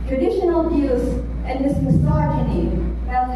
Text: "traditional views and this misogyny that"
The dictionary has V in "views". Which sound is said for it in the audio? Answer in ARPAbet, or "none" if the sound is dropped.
B